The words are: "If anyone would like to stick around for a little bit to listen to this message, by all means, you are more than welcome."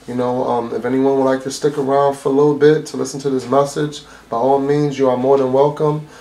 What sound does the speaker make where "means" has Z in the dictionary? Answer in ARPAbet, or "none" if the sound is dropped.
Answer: Z